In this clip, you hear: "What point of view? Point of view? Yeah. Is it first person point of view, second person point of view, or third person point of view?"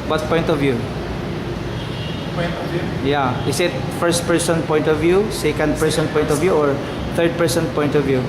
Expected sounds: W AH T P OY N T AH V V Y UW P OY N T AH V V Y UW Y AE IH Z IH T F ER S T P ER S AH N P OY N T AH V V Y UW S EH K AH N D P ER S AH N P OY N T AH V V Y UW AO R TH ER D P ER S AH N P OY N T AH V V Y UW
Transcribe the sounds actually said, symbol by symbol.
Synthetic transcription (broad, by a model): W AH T P OY N T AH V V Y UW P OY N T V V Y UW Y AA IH S IH T F ER S T P ER S AH N P OY N T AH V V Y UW S EH K AH N D P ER S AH N P OY N T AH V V Y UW AO R T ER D P ER S AH N P OY N T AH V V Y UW